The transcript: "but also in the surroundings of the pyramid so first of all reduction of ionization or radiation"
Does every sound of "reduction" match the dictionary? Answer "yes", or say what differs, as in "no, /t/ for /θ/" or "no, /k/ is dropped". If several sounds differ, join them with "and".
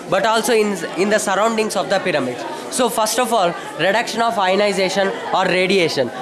yes